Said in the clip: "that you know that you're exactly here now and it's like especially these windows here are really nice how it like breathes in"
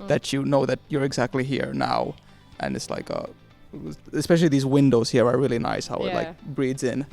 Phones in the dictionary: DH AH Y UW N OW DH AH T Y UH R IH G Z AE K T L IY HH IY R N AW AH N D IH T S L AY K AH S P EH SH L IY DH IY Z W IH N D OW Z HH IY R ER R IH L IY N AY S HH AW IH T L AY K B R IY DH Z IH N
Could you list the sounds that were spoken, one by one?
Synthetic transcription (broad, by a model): DH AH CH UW N OW DH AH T Y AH R IH G Z AE K T L IY HH IY R N AW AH N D IH T S L AY K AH S P EH SH L IY DH IY Z W IH N D OW Z HH IY R ER R IH L IY N AY S HH AW IH T L AY K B R IY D Z IH N